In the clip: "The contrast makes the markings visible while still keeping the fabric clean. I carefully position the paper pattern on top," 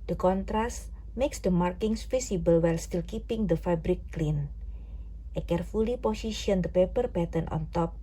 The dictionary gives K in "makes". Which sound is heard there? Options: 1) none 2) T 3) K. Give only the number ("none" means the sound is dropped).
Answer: 3